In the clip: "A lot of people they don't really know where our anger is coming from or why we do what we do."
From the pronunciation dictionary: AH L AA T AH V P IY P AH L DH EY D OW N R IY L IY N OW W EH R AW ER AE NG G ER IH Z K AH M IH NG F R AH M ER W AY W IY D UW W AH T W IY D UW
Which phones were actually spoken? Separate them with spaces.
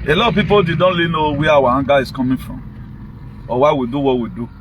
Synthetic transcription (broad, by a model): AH L AA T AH P IY P AH L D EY D OW N L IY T N OW W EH AW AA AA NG G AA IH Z K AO M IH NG F R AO M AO W AY W IY D UW W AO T W IY D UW